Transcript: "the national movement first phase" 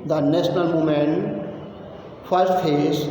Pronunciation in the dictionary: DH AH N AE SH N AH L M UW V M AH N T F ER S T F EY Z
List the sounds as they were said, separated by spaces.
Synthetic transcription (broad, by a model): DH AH N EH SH N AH L M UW M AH N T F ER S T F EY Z